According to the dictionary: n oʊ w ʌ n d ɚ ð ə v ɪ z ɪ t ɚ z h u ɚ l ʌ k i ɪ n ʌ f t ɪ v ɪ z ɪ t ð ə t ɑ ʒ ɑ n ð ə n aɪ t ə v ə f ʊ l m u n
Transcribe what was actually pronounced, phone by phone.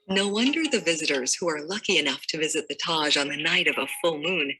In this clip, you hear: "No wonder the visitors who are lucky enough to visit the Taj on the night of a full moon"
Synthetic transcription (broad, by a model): n oʊ w ʌ n d ɚ ð ə v ɪ z ɪ t ɚ z h u ɚ l ʌ k i ɪ n ʌ f t ɪ v ɪ z ɪ t ð ə t ɑ ʒ n ð ə n aɪ t ə v ə f ʊ l m u n